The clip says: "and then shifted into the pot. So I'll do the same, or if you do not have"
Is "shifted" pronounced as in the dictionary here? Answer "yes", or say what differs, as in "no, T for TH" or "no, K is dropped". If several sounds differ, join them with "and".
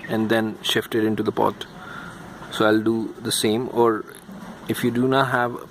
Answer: yes